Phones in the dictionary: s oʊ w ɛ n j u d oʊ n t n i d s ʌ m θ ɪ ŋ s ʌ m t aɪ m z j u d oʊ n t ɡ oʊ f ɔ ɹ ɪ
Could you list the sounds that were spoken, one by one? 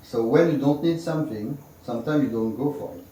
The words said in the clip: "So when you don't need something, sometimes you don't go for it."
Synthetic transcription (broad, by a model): s oʊ w ɛ n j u d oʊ n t n i d s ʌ m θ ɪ ŋ s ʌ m t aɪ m j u d oʊ n t ɡ oʊ f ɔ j